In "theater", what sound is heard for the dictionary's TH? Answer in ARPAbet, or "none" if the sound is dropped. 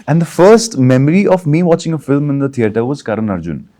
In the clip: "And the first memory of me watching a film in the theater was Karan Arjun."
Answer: T